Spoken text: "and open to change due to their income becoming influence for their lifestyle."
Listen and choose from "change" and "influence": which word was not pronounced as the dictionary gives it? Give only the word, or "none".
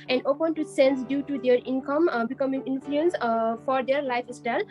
change